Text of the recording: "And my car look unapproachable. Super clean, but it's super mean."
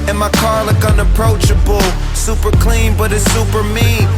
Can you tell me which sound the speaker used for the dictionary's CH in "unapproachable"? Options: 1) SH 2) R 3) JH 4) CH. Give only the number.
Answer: 4